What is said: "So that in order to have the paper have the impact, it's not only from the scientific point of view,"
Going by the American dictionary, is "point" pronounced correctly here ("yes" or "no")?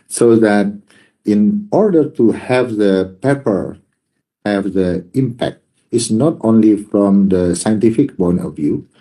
no